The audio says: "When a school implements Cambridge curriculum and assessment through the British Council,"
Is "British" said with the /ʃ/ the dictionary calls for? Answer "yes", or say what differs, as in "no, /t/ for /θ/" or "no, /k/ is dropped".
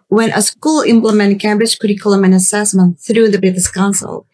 no, /s/ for /ʃ/